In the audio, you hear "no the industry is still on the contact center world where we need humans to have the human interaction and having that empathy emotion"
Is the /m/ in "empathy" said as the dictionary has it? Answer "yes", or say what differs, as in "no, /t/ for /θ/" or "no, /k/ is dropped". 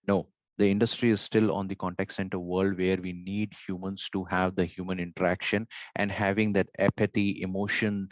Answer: no, /m/ is dropped